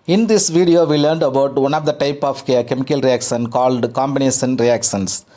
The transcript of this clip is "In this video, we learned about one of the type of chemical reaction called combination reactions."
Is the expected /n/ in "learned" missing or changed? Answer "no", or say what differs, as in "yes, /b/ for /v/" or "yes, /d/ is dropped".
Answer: no